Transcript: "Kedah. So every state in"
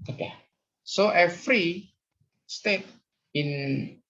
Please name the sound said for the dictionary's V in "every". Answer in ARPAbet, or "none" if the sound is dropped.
F